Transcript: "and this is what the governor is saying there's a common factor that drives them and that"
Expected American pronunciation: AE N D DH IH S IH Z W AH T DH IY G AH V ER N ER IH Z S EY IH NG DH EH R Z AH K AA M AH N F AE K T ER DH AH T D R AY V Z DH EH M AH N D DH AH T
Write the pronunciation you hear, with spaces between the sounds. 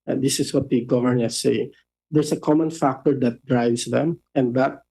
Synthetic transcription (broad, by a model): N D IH S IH S W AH T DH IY G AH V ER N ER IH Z S EY IH NG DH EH R S AH K AA M AH N F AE K T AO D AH T D R AY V S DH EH M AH N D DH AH T